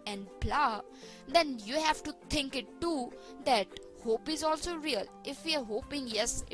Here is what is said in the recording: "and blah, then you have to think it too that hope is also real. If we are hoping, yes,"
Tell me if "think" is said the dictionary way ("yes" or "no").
no